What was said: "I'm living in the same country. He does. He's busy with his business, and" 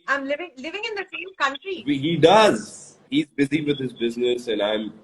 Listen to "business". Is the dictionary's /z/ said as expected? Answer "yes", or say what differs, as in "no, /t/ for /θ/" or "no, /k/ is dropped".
yes